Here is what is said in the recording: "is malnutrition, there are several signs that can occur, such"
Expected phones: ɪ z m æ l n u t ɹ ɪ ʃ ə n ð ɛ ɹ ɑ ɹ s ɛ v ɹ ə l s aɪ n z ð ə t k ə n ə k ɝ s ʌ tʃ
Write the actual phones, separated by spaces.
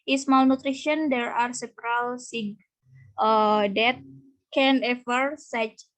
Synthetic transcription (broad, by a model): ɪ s m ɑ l n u t ɹ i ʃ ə n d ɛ ɹ ɑ ɹ s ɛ p ɹ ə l s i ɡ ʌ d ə t k ə n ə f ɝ s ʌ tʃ